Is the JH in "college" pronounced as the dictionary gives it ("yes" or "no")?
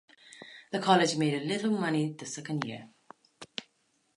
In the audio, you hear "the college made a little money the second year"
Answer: yes